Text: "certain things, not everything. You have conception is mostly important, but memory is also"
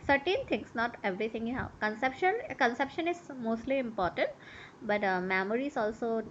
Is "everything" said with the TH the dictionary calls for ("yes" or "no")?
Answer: no